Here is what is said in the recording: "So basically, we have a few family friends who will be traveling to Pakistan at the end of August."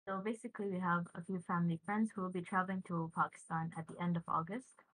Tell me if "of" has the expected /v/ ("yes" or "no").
yes